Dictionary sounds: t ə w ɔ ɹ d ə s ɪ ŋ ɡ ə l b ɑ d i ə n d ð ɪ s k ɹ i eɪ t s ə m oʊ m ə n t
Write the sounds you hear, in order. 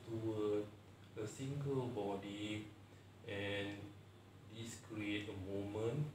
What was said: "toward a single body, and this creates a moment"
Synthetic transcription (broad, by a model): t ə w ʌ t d ə s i ŋ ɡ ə l b ɑ d i ə n d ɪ s k ɹ i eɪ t ə m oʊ m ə n